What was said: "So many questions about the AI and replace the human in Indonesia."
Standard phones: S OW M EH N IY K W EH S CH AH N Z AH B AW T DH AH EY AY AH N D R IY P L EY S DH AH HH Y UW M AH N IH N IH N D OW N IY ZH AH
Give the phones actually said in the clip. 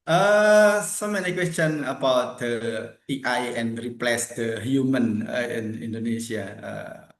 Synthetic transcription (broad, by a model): S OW M EH N IY K W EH S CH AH N AH B AW T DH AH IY AY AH N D R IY P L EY S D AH HH Y UW M AH N IH N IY N D OW N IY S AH